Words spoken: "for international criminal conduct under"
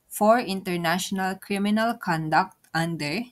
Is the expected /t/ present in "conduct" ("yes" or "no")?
yes